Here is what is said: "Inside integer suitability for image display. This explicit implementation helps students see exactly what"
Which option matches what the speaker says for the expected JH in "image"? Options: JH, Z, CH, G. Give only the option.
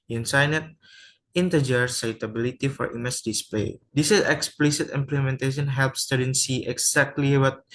CH